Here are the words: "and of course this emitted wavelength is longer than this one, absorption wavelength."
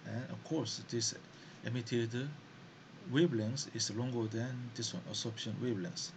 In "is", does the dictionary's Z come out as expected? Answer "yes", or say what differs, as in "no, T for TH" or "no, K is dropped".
no, S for Z